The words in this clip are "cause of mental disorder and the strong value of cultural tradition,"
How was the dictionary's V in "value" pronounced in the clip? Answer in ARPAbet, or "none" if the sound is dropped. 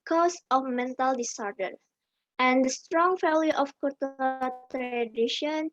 F